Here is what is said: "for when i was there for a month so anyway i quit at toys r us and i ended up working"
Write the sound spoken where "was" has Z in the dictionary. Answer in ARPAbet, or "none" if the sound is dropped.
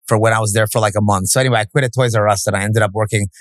Z